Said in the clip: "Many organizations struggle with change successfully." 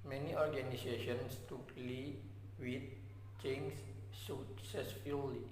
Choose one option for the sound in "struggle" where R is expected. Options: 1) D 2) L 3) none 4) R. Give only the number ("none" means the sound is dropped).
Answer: 3